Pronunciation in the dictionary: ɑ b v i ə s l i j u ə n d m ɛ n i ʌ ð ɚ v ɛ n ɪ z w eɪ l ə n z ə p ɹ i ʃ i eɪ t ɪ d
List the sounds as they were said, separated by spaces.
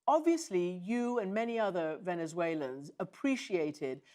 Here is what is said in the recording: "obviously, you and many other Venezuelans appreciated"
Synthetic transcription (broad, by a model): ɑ b v i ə s l i j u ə n m ɛ n i ʌ ð ɚ v ɛ n ɪ z w eɪ l ə n z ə p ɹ i ʃ i eɪ t ɪ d